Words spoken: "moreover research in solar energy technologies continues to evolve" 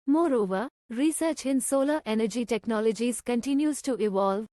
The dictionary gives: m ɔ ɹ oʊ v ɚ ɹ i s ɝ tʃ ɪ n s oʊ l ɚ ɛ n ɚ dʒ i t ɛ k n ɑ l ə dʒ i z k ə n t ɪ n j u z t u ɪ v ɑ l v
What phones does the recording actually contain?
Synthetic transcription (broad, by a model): m ɔ ɹ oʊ v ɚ ɹ i s ɝ tʃ ɪ n s oʊ l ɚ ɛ n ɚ dʒ i t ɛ k n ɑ l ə dʒ i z k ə n t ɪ n j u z t u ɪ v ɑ l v